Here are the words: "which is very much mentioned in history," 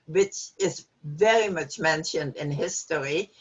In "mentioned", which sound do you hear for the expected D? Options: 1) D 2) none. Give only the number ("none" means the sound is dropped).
1